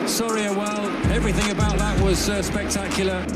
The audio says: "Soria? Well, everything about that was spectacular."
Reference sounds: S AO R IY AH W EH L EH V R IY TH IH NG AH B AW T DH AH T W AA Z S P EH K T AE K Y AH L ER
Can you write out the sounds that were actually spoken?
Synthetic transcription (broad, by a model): S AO R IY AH W EH L EH V R IY TH IH NG AH B AW T DH AH T W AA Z S P EH K T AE K Y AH L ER